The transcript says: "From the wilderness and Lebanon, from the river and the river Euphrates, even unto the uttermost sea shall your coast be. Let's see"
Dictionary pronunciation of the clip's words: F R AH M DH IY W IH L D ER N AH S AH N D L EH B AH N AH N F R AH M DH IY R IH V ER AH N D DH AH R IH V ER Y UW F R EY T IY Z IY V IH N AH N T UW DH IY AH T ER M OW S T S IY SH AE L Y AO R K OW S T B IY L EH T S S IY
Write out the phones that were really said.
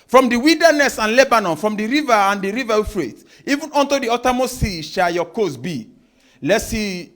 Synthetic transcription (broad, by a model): F R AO M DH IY W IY L D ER N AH S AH N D L EH B AH N AH N F R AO M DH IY R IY V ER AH N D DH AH R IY V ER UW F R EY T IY IY V IH N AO N T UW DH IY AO T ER M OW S S IY SH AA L Y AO K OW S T B IY L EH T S S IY